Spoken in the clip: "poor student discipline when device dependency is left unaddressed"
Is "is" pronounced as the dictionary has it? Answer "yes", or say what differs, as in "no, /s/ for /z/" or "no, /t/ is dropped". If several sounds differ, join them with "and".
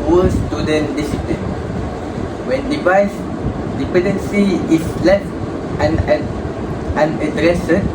no, /s/ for /z/